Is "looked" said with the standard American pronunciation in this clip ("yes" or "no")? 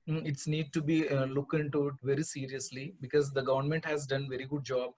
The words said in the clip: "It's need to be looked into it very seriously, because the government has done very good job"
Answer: no